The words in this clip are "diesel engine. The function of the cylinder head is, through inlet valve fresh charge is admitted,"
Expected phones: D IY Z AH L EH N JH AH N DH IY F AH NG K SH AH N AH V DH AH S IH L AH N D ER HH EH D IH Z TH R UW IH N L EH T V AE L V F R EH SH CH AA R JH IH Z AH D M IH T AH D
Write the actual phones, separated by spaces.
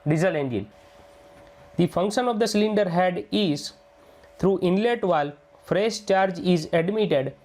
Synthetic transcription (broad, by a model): D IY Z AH L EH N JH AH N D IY F AH NG K SH AH N AH V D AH S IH L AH N D ER HH EH D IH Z T R UW IH N L EH T V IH L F R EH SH CH AA R JH IH Z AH D M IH T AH D